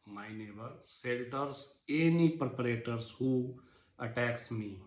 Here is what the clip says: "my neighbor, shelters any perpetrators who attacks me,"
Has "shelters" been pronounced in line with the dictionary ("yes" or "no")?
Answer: no